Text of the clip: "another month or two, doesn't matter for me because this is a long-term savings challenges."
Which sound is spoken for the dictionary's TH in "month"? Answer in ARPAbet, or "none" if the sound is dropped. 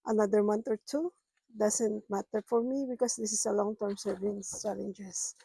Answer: T